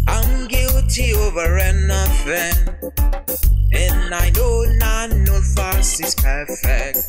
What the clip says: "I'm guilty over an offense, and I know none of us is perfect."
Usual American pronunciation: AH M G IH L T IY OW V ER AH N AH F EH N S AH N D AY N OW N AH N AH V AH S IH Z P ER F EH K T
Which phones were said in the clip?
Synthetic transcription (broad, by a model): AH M G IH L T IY OW V ER AH N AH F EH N AH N AY N OW N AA N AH F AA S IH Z P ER F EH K T